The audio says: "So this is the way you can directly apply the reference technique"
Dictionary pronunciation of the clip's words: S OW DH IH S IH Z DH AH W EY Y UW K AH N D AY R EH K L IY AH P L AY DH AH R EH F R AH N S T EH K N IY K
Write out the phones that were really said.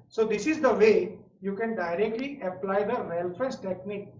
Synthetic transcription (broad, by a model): S OW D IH S IH Z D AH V EY Y UW K AH N D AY R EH K L IY AH P L AY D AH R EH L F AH S T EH K N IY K